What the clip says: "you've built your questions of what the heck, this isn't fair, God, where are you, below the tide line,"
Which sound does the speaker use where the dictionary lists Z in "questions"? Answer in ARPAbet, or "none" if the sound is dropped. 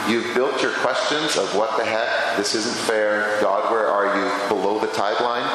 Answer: Z